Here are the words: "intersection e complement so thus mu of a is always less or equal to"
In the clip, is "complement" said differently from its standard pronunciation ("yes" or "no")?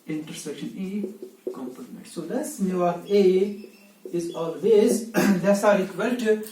yes